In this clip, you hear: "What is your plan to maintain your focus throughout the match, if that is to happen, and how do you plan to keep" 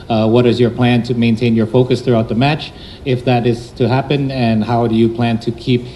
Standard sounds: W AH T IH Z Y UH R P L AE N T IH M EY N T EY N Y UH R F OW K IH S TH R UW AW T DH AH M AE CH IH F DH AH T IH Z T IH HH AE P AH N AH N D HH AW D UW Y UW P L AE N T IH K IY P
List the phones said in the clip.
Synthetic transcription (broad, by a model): W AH T IH Z Y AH R P L AE N T IH M EY N T EY N Y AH R F OW K IH S TH R UW AW T DH AH M AE CH IH F DH AH T IH Z T IH HH AE P AH N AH N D HH AW D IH Y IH P L AE N T IH K IY P